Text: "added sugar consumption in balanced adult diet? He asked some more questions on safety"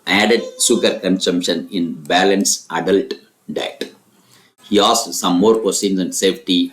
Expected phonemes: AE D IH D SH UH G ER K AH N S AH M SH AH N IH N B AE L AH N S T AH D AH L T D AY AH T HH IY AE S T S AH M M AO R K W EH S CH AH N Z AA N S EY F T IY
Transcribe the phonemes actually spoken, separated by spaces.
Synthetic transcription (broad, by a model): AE D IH D S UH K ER K AH N S AH M SH AH N IH N B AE L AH N S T AH D AH L T D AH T HH IY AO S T S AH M M AO R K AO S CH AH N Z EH N S EY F T IY